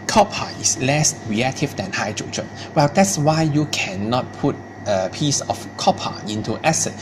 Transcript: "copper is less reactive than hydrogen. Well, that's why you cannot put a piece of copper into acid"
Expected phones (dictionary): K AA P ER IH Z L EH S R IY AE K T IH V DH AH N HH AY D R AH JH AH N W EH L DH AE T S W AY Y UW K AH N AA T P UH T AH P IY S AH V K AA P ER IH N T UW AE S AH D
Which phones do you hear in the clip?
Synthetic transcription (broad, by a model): K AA P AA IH S L EH S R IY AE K T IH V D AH N HH AY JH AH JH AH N W EH L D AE T S W AY Y UW K AH N AA T P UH T AH P IY S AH F K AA P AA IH N T UW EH S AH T